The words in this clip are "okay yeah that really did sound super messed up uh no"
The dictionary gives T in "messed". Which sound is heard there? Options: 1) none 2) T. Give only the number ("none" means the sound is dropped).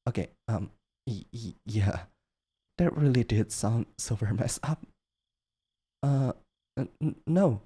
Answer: 1